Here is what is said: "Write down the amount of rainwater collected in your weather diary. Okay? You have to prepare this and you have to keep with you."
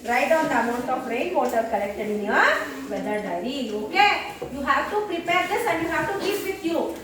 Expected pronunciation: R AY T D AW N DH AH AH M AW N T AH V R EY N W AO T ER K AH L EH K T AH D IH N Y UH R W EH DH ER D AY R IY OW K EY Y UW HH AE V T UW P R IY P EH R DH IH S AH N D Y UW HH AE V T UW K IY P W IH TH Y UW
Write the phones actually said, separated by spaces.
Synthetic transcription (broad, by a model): R AY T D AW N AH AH M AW N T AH P R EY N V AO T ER K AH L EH K T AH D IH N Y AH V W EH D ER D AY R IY OW K EY Y UW HH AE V T UW P R IY P EH R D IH S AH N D Y UW HH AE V T UW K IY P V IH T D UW